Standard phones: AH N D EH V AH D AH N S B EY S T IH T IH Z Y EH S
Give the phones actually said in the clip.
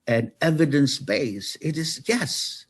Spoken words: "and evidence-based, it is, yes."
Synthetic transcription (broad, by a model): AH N EH V AH D AH N S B EY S IH T IH Z Y EH S